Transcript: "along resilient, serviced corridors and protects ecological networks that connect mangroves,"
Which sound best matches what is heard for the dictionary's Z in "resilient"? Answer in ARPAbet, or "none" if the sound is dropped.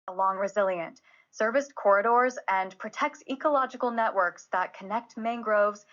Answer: Z